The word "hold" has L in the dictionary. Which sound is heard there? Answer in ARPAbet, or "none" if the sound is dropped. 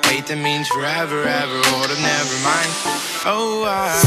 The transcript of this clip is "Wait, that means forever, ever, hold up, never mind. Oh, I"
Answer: none